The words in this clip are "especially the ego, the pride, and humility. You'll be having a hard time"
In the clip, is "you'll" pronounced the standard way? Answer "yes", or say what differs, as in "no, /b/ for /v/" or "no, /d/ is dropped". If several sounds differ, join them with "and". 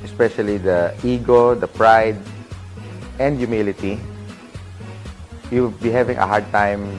no, /w/ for /l/